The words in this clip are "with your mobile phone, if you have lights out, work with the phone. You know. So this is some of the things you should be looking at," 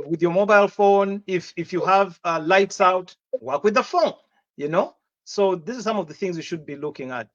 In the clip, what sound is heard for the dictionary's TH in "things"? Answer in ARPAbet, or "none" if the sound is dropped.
TH